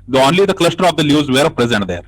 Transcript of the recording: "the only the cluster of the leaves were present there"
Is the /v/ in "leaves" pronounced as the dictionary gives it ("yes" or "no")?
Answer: no